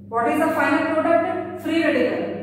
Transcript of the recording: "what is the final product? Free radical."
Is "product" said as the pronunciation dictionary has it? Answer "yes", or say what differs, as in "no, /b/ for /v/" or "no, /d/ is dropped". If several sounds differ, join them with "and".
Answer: no, /k/ is dropped